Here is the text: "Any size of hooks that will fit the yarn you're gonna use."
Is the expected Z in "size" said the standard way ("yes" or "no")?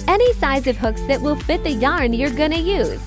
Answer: yes